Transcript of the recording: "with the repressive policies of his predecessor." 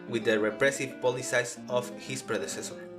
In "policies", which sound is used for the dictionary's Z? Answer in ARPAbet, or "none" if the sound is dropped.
S